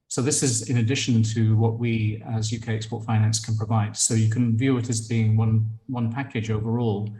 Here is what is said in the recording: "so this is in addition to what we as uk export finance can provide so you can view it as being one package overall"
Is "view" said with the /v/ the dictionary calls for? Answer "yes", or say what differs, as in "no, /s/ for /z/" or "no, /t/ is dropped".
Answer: yes